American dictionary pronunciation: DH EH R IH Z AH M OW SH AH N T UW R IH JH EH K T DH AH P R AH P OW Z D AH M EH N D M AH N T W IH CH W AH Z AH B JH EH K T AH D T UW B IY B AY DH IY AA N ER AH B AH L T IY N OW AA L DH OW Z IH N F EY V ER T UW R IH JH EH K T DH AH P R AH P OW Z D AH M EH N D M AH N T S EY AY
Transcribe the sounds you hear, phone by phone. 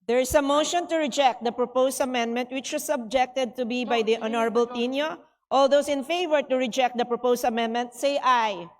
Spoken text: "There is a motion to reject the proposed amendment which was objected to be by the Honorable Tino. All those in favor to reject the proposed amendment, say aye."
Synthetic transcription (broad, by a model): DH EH R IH S AH M OW SH AH N T UW R IH JH EH K T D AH P R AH P OW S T AH M EH N D M AH N T W IH CH W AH S AH B JH EH K T AH D T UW B IY B AY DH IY AA N ER AH B AH L T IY N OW AA L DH OW S IH N F EY V ER T UW R IH JH EH K T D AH P R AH P OW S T AH M EH N D M AH N T S EY AY